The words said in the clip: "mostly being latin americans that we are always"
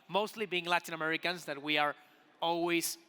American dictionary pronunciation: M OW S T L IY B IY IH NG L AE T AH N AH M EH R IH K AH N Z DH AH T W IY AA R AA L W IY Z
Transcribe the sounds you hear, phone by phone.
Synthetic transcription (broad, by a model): M OW S T L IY B IY IH NG L AE T AH N AH M EH R IH K AH N Z DH AH T W IY AA R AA L W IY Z